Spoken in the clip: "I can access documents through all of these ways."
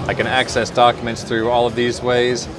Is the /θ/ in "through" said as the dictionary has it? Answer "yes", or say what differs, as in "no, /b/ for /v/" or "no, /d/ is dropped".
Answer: yes